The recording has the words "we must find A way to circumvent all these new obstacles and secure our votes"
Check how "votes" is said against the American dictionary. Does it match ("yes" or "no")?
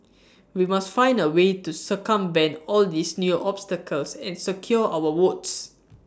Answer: no